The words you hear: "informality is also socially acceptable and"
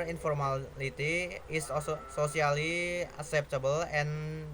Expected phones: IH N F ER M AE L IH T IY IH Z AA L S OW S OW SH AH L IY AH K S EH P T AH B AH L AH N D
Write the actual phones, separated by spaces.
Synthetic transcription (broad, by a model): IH N F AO M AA L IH T IY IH S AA S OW S OW S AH L IY AH K S EH P T AH B AH L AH N